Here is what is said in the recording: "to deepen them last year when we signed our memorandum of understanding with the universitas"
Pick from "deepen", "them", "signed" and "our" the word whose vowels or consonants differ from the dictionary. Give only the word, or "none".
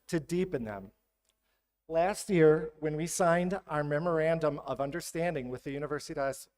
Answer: none